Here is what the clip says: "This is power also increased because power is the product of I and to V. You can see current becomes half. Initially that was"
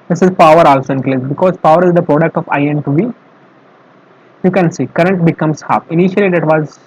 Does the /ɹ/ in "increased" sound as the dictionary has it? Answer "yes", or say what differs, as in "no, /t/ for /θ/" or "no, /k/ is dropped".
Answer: no, /l/ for /ɹ/